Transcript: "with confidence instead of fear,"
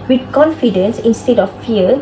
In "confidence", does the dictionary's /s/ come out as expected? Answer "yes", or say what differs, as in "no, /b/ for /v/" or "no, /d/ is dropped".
yes